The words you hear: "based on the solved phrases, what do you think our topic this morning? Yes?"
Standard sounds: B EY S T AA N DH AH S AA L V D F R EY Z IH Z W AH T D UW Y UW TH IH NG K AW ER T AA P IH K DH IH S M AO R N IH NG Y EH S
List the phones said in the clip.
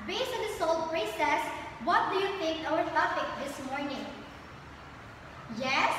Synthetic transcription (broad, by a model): B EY S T AA N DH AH S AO L D P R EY S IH S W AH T D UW Y UW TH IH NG K AW ER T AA F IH K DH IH S M AO R N IH NG Y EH S